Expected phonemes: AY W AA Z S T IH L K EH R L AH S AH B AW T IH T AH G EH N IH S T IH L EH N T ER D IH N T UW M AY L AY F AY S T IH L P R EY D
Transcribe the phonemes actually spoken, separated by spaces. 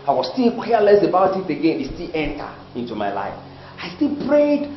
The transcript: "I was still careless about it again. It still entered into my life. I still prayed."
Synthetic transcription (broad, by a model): AY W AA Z S T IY L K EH L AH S AH B AW T IH T AH G EH N IH S T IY L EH N T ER IH N T UW M AY L AY F AY S T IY L P R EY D